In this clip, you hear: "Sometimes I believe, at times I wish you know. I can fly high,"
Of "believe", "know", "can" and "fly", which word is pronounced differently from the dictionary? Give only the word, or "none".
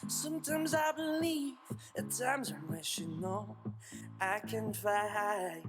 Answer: fly